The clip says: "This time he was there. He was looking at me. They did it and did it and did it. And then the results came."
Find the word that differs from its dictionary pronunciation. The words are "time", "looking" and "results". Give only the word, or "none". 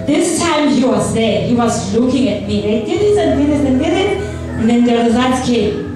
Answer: results